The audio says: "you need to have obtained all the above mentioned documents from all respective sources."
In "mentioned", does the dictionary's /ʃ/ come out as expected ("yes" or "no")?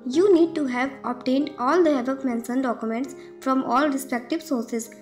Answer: no